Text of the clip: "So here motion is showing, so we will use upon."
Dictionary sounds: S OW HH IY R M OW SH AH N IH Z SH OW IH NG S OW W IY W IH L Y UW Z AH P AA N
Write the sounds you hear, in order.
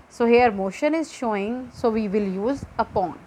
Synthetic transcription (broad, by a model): S OW HH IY R M OW SH AH N IH Z SH OW IH NG S OW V IY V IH L Y UW Z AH P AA N